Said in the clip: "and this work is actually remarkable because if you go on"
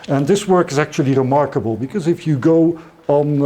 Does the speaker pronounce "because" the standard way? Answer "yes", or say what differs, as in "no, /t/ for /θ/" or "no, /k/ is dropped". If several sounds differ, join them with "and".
yes